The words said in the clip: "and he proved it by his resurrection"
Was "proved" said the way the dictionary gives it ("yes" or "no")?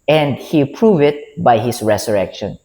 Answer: no